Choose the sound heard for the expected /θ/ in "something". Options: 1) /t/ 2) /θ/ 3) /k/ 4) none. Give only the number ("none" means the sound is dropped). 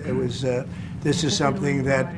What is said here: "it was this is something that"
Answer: 2